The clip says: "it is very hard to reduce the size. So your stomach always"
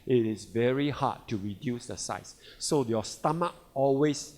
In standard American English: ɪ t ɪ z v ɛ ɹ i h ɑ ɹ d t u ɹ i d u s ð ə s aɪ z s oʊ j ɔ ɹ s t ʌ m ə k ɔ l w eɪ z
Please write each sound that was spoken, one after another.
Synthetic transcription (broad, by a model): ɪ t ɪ s v ɛ ɹ i h ɑ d t u ɹ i d u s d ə s aɪ s oʊ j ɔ s t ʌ m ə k ɔ l w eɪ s